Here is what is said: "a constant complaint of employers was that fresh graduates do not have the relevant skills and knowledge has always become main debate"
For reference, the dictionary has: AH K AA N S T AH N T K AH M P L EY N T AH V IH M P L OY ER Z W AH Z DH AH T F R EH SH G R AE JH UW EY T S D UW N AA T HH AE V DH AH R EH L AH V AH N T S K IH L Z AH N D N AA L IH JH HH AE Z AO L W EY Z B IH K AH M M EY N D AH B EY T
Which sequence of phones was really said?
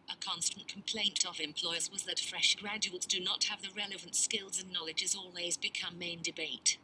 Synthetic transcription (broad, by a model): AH K AA N S T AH N K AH M P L EY N T AH V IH M P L OY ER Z W AH Z DH AH T F R EH SH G R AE JH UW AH T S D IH N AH T HH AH V DH AH R EH L AH V AH N T S K IH L Z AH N N AA L IH JH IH Z AO L W EY Z B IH K AH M M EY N D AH B EY T